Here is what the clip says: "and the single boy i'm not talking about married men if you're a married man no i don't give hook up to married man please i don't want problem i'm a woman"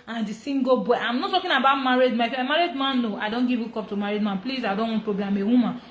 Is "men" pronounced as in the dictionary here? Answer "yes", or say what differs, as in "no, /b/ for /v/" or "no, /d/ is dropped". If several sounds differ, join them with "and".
no, /n/ is dropped